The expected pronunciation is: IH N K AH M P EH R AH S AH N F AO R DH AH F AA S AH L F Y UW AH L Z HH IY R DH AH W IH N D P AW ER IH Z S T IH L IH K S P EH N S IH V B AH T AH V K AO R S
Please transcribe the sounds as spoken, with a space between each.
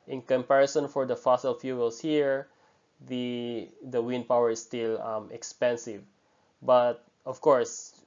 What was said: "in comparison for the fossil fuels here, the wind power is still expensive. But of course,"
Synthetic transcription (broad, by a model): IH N K AH M P EH R AH S AH N F AO R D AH F AA S AH L F Y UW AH L S HH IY R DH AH W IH N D P AW ER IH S T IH L IH K S P EH N S IH V B AH T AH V K AO R S